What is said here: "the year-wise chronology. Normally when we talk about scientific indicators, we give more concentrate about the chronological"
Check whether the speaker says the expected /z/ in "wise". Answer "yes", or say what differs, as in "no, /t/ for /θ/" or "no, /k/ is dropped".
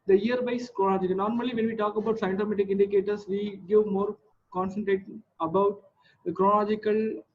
no, /s/ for /z/